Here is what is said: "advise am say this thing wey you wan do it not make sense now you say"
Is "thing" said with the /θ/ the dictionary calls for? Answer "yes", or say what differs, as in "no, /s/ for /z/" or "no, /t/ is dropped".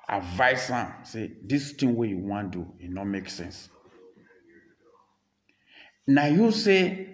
no, /t/ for /θ/